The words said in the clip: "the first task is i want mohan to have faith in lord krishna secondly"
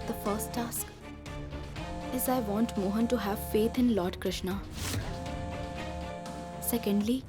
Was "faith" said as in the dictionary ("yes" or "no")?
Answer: no